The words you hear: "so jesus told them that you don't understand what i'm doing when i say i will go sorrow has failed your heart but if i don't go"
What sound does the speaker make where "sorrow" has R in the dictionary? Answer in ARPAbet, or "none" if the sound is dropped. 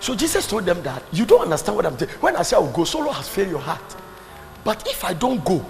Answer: L